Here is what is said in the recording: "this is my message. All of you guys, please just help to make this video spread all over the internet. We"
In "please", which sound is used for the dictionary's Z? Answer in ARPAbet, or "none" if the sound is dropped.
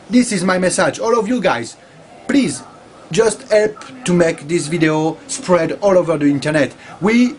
Z